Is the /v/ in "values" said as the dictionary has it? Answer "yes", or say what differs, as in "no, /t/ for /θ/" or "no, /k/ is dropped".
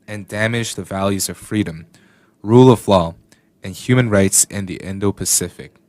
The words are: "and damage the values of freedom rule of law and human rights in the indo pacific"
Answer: yes